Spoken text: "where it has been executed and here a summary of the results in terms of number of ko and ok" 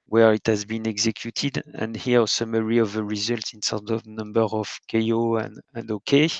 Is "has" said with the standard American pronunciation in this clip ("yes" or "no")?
yes